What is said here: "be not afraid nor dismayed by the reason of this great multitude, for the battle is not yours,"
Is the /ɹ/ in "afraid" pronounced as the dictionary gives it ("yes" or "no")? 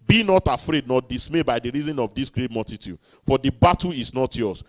yes